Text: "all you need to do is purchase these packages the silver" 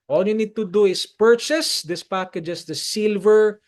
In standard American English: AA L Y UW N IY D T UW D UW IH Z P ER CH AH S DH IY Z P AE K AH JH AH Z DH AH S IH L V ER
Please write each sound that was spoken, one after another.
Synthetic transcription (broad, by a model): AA L Y UW N IY D T UW D UW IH S P ER CH AH S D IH S P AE K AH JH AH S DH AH S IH L V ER